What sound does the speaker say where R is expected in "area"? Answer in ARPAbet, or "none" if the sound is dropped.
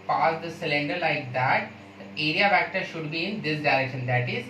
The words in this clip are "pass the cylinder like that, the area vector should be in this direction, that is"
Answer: R